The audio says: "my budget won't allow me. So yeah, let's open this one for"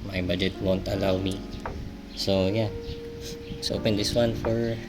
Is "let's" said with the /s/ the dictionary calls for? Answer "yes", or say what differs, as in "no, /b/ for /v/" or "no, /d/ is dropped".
no, /s/ is dropped